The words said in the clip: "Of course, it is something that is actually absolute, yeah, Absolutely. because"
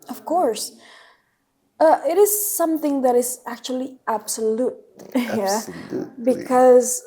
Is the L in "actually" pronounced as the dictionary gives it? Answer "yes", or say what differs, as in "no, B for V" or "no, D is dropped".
no, L is dropped